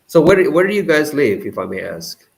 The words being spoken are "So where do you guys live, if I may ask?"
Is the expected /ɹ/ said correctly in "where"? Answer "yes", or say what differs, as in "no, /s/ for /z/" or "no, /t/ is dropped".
no, /w/ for /ɹ/